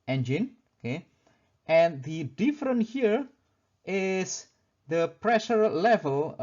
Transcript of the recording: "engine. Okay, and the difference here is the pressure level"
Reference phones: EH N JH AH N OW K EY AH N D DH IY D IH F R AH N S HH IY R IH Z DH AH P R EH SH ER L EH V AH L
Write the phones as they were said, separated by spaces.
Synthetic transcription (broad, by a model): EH N JH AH N OW K EY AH N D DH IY D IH F R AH N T HH IY R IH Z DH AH P R EH SH ER L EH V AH L